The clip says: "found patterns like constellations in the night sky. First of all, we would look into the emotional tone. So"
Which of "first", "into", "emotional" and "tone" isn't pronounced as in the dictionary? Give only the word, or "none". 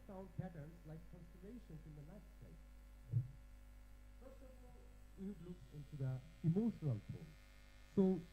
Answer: tone